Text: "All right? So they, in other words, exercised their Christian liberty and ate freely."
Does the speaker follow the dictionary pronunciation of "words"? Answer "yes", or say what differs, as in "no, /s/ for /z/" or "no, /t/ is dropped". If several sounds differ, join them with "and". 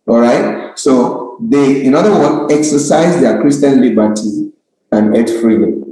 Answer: no, /z/ is dropped